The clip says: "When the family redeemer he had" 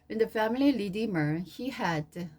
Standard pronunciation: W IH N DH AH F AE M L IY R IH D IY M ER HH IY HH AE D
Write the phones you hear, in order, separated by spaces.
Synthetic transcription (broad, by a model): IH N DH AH F AE M L IY L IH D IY M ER HH IY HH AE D